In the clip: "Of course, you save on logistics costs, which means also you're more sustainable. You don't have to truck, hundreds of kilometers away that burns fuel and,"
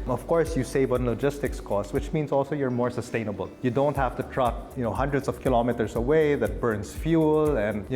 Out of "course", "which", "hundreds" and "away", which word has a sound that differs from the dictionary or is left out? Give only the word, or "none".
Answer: hundreds